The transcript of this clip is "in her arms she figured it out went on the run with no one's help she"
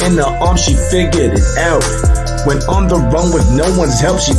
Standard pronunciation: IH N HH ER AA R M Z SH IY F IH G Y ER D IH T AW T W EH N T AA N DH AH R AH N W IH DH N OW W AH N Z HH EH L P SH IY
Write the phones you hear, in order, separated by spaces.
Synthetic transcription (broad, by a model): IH N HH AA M SH IY F IH G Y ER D IH T AW T W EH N AA N DH AH R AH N W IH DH N OW W AH N Z HH EH L P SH IY